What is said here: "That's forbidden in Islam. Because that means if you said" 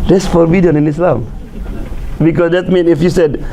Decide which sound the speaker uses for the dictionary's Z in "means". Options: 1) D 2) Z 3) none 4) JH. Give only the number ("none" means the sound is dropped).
3